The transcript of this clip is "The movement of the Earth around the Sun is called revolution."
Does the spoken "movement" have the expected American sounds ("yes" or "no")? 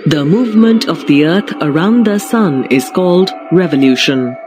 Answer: yes